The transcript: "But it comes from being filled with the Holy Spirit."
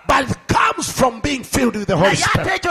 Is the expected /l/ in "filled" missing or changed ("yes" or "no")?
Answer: no